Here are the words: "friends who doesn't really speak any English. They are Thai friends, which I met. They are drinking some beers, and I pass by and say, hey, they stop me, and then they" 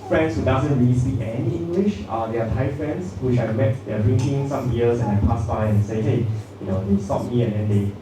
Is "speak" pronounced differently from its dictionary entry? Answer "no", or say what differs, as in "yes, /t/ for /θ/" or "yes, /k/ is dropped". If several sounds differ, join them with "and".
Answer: yes, /p/ is dropped